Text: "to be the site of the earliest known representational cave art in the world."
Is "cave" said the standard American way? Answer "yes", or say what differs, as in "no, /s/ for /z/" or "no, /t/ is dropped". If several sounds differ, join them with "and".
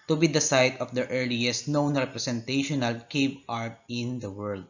no, /b/ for /v/